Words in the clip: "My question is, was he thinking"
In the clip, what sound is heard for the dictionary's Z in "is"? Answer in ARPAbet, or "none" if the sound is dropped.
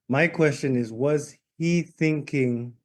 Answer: Z